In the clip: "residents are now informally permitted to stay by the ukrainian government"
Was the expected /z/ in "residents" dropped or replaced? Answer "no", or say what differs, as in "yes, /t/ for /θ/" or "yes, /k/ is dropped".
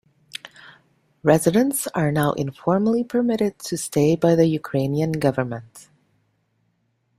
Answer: no